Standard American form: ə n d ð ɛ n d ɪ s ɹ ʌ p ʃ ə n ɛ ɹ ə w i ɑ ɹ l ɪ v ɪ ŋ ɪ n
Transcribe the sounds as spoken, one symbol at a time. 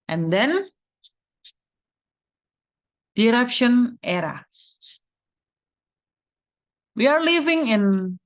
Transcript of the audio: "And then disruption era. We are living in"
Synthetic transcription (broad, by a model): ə n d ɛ n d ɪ ɹ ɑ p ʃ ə n ɛ ɹ ə w i ɑ ɹ l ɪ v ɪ ŋ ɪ n